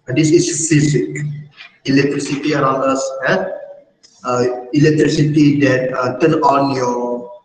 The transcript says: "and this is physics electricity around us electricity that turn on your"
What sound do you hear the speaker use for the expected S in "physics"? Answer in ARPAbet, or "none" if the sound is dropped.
none